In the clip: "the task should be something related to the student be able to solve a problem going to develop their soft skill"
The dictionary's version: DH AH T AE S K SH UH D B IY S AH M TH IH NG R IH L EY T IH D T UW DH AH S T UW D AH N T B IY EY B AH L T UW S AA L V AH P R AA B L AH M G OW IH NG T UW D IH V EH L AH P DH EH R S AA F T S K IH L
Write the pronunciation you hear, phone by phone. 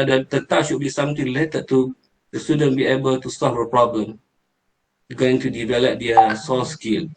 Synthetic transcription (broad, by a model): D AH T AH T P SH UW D B IY S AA M T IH NG L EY T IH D T UW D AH S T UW D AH N B IY EY B AH L T UW S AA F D AH P R AA B L AH M G OW IH NG T UW D IH V EH L AH P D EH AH S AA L S K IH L